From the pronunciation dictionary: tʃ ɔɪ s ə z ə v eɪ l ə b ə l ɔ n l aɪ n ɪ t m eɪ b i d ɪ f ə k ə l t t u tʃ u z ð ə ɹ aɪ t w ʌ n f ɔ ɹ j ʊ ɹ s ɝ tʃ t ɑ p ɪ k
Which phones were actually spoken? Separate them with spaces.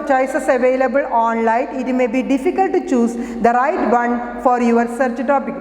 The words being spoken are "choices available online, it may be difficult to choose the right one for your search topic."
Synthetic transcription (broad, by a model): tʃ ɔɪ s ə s ə v eɪ l ə b ə l ɔ n l aɪ n ɪ t m eɪ b i d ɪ f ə k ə l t t u tʃ u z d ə ɹ aɪ t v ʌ n f ɔ ɹ j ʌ ɹ s ɝ tʃ t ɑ p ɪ k